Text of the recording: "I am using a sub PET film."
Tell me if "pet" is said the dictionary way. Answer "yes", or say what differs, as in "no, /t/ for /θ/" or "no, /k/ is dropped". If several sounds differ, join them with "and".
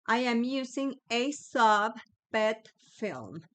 no, /b/ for /p/